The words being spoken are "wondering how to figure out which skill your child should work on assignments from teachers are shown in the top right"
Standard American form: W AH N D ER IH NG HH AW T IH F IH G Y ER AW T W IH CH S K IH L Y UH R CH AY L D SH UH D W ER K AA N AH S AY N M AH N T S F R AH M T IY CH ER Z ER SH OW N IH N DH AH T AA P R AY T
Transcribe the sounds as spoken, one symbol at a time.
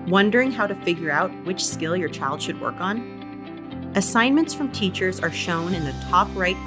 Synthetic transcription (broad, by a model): W AH N D ER IH NG HH AW T IH F IH G Y ER AW T W IH CH S K IH L Y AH R CH AY L D SH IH D W ER K N AH S AY N M AH N T S F R AH M T IY CH ER Z ER SH OW N IH N DH AH T AA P R AY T